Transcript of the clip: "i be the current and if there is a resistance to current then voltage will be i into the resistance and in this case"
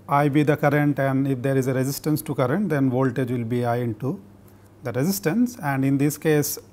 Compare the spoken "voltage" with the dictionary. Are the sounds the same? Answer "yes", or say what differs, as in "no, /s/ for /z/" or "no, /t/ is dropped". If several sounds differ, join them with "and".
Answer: yes